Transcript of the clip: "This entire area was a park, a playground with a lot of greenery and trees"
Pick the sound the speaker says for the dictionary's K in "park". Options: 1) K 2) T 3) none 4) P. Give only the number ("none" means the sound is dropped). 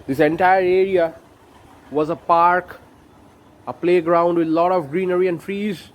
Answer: 1